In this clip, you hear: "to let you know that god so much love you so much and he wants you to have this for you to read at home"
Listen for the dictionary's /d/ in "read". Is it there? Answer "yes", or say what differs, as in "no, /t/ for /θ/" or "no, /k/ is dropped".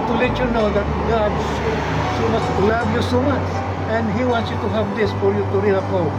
no, /d/ is dropped